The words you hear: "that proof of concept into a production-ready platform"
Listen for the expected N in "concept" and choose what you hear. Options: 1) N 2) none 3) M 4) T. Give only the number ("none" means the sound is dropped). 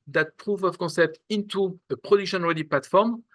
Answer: 1